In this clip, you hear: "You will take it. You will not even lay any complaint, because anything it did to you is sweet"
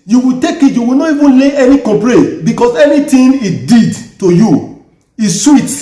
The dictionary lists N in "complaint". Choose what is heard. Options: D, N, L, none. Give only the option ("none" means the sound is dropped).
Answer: none